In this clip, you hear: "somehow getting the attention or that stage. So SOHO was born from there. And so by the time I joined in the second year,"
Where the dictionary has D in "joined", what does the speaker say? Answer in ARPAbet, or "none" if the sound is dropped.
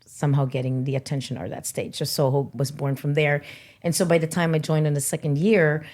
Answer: D